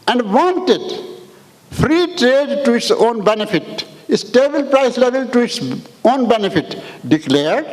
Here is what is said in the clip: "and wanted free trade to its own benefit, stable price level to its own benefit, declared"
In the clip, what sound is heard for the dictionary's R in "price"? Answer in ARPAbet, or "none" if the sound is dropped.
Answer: R